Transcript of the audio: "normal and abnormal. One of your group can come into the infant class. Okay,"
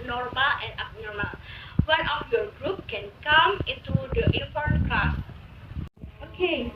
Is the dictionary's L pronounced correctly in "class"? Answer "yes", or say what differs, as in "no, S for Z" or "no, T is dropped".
no, L is dropped